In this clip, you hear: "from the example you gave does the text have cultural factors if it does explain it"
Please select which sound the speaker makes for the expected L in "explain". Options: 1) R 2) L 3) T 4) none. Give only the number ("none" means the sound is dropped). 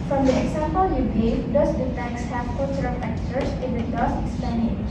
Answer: 4